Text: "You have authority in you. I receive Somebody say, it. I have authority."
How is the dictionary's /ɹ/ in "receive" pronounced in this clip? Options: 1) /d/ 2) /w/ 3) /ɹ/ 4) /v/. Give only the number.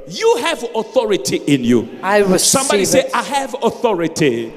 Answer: 2